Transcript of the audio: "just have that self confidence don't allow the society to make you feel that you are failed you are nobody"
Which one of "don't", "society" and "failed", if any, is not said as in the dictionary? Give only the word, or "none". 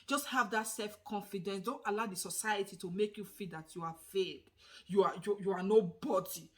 failed